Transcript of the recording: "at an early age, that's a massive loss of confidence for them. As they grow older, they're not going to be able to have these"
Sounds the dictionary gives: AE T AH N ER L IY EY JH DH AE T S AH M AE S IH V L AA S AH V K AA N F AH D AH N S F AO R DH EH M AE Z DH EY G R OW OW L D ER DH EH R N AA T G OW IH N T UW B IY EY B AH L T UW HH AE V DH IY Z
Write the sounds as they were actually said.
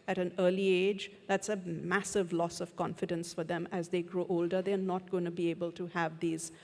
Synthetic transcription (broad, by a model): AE T AH N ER L IY EY JH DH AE T S AH M AE S IH V L AA S AH V K AA N F AH D AH N S F AO R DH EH M AE Z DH EY G R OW OW L D ER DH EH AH N AA T G OW IH N T UW B IY EY B AH L T UW HH AE V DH IY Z